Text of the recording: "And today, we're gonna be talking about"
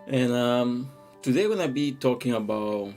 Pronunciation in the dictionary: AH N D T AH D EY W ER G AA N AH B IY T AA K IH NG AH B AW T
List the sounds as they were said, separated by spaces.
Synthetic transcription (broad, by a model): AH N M T AH D EY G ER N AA AH B IY T AA K IH NG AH B AW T